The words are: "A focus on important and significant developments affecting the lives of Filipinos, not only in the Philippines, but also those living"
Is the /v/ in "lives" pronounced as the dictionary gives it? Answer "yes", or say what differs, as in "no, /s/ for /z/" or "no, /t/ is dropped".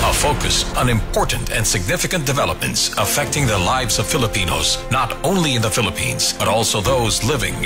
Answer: yes